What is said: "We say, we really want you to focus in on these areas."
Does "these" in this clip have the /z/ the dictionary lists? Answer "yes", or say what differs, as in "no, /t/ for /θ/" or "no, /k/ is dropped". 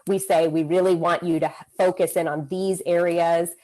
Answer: yes